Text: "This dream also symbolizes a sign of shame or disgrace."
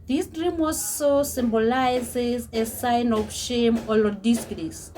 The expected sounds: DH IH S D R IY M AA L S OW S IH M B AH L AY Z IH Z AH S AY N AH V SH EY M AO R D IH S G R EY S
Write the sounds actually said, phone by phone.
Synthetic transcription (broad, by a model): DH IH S D R IY M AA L S OW S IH M B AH L AY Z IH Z AH S AY N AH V SH EY M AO L D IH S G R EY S